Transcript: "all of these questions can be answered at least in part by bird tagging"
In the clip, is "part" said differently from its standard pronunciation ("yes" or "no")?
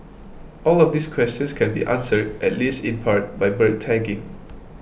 no